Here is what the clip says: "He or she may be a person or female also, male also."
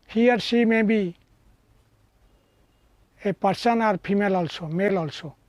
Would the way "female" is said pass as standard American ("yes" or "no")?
no